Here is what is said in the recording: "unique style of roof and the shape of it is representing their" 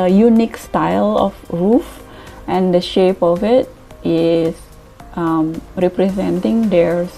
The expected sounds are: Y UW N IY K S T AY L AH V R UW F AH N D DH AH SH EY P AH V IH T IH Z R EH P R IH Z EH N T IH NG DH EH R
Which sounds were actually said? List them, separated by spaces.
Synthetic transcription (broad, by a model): Y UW N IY K S T AY L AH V R UW F AH N D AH SH EY P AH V IH T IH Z R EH P R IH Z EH N T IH NG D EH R